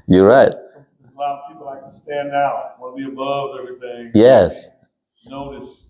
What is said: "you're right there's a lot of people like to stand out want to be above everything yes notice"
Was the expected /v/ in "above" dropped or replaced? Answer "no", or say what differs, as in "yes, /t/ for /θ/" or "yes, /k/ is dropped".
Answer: no